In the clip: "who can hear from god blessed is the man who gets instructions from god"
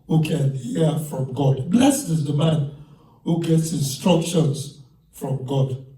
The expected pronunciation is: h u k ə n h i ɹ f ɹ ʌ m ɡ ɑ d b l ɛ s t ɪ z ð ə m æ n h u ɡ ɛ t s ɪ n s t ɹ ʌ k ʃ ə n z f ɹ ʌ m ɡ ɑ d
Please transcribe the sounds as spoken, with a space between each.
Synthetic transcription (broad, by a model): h u k ə n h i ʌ f ɹ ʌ m ɡ ɑ d b l ɛ s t ɪ z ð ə m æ n h u ɡ ɛ t s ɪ n s t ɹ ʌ k ʃ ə n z f ɹ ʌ m ɡ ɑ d